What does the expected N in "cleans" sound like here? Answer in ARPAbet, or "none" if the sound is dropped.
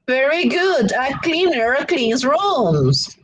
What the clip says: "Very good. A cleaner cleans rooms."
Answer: none